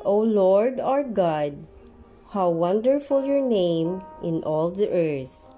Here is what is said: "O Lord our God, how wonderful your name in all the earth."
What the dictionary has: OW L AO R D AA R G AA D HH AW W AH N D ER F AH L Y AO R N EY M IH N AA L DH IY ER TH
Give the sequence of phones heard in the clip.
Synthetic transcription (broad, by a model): OW L AO R D AA R G AA D HH AW W AH N D ER F AH L Y AO R N EY M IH N AA L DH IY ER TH